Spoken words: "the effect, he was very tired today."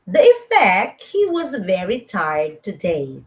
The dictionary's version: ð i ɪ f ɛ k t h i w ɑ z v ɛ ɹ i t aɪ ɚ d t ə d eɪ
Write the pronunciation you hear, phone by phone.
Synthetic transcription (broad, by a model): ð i ɪ f ɛ k t h i w ɑ z v ɛ ɹ i t aɪ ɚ d t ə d eɪ